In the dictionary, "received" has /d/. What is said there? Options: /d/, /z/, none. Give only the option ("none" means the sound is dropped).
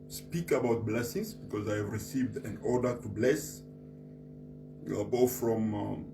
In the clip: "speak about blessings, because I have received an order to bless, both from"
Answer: /d/